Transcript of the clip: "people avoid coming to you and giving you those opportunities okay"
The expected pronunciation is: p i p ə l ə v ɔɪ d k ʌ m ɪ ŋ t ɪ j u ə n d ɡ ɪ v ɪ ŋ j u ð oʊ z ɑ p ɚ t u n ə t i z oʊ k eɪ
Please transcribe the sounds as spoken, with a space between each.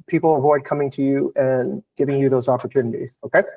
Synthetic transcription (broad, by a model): p i p l ə v ɔɪ d k ʌ m ɪ ŋ t ɪ j u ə n ɡ ɪ v ɪ ŋ j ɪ ð oʊ z ɑ p ɚ t u n ə t i z oʊ k eɪ